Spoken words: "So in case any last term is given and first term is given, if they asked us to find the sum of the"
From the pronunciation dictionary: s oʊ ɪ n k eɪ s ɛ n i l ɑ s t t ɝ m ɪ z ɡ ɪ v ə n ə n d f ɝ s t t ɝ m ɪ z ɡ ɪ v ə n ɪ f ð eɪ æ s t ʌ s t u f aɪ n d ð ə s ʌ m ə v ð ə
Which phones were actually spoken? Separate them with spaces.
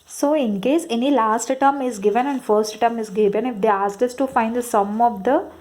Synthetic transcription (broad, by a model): s oʊ ɪ n k eɪ s ɛ n i l ɑ s t t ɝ m ɪ z ɡ ɪ v ə n ə n d f ɝ s t t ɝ m ɪ z ɡ ɪ v ə n ɪ f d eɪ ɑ s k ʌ s t u f aɪ n d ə s ʌ m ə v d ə